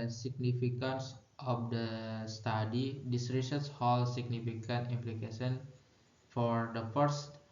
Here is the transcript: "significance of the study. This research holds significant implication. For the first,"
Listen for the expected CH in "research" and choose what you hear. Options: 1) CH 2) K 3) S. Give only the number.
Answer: 3